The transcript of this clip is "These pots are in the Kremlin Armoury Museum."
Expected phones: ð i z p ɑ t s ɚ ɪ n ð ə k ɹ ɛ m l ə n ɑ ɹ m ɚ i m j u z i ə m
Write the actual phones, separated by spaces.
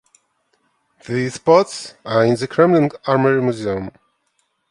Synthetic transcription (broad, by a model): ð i s p ɑ t s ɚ ɪ n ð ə k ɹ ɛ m n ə n ɑ ɹ m ɚ i m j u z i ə m